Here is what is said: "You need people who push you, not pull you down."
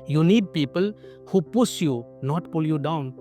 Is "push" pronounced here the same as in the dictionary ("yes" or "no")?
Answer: no